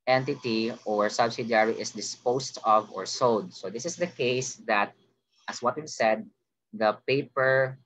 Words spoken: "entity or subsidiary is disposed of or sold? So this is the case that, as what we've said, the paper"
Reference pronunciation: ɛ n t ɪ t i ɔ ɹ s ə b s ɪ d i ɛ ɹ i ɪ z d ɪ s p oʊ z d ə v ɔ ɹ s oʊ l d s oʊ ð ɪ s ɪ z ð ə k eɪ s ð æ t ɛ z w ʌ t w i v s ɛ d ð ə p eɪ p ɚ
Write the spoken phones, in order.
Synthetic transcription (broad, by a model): ɛ n t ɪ t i ɔ ɹ s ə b s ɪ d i ɹ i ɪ s d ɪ s p oʊ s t ə v ɔ ɹ s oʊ d s oʊ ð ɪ s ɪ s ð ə k eɪ s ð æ t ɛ s w ʌ t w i s ɛ d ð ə p eɪ p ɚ